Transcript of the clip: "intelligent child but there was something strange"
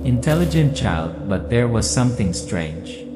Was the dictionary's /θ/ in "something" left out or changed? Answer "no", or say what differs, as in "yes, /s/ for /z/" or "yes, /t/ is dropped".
no